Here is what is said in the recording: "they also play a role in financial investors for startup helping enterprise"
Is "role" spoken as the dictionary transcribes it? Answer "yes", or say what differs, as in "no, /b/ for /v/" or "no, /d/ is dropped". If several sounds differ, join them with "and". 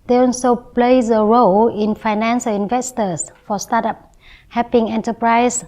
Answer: yes